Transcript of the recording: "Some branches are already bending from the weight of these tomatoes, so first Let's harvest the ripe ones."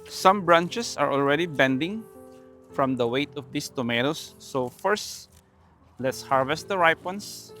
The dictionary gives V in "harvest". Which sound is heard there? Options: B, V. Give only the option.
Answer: V